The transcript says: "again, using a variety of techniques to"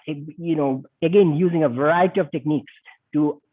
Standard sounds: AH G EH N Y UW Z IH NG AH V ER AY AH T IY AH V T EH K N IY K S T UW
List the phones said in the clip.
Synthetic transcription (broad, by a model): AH G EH N Y UW Z IH NG AH V ER AY AH T IY AH V T EH K N IY K S T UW